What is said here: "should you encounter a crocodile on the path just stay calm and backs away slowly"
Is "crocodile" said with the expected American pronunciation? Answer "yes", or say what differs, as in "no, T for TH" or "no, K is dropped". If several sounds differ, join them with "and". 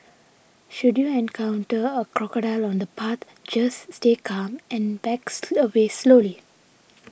yes